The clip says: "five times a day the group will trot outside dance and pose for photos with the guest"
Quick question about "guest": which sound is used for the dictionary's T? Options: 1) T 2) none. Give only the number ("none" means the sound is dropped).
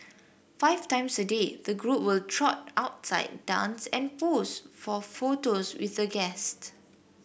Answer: 1